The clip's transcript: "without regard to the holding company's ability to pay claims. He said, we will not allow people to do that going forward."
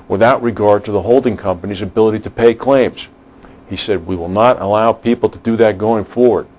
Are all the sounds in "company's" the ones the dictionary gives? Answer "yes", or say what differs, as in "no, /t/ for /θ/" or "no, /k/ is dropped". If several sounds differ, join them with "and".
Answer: yes